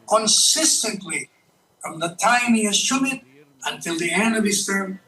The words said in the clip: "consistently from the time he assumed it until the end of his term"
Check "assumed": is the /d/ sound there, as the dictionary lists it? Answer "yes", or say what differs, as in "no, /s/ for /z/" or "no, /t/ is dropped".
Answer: no, /d/ is dropped